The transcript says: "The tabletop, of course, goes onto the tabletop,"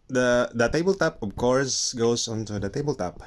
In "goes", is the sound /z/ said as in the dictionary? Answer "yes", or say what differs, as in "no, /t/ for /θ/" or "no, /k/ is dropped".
no, /s/ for /z/